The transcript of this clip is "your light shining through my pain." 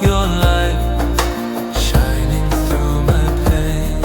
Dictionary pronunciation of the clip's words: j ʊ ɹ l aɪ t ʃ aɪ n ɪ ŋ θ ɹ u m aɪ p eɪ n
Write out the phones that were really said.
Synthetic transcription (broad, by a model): j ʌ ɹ l aɪ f ʃ aɪ n ɪ ŋ θ ɹ u m aɪ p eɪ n